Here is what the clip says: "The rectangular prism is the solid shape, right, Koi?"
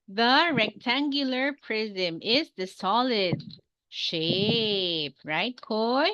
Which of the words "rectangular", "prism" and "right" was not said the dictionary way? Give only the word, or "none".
none